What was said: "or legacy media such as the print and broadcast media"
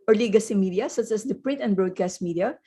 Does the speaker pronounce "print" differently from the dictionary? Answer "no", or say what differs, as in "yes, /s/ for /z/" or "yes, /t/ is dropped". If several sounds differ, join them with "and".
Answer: no